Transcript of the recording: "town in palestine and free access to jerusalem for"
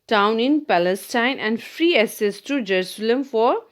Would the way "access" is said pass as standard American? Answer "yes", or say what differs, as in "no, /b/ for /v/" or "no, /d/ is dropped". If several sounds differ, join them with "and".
no, /k/ is dropped